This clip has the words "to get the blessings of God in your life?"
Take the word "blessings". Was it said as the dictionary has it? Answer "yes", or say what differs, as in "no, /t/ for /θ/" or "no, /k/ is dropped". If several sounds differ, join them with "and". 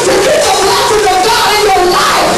no, /ŋ/ is dropped